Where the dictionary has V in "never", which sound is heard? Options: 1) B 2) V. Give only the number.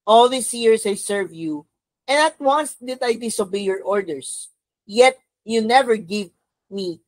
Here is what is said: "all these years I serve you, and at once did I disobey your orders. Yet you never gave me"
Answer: 2